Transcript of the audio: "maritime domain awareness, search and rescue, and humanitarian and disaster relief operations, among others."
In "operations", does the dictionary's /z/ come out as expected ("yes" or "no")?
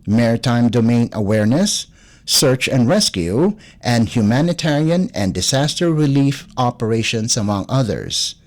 no